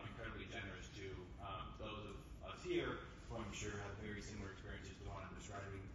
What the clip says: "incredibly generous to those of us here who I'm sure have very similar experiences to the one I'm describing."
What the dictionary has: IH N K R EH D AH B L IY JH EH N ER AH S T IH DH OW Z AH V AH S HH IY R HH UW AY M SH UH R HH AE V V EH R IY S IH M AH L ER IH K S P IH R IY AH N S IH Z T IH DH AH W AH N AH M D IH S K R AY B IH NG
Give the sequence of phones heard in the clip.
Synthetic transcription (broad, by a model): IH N K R EH D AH B L IY JH EH N ER AH S T IH DH OW Z AH V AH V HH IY R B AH AY M SH UH R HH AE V V EH R IY S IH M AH L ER IH K S P IH R IY AH N S IH Z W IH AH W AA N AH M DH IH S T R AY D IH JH